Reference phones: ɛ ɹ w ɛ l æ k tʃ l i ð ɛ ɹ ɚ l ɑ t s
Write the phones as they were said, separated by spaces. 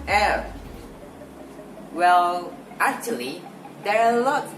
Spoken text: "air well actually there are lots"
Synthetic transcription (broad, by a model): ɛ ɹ w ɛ l æ k tʃ l i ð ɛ ɹ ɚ l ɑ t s